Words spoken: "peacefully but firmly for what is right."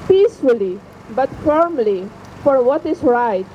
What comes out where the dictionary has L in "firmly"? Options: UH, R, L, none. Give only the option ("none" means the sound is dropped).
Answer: L